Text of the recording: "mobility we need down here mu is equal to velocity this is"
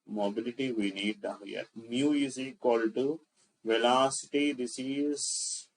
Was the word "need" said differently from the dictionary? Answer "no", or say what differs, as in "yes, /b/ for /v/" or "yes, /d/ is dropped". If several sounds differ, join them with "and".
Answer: no